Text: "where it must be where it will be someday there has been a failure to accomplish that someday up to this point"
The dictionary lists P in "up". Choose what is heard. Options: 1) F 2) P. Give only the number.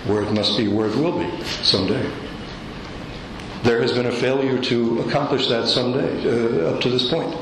2